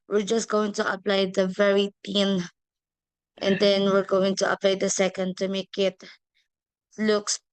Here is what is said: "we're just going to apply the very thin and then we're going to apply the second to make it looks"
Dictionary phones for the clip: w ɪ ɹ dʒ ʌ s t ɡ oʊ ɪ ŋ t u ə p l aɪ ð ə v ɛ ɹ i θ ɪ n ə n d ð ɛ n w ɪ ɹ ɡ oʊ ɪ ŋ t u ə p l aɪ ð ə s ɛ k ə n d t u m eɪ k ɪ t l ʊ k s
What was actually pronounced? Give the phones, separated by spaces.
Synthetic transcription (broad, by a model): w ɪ ɹ dʒ ʌ s t ɡ oʊ ɪ ŋ t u ə p l aɪ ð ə v ɛ ɹ i t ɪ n ə n d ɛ n w ɪ ɹ ɡ oʊ ɪ ŋ t u ə p l aɪ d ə s ɛ k ə n d t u m eɪ k ɪ t l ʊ k s